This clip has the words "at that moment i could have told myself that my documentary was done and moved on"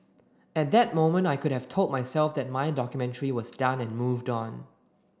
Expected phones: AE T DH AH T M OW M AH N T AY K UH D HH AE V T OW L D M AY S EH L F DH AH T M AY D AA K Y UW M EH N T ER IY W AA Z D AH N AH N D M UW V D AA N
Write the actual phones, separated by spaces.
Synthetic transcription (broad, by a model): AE T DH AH T M OW M AH N T AY K UH D HH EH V T OW L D M AY S EH L F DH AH T M AY D AA K Y UW M EH N T ER IY W AA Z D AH N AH N M UW V D AA N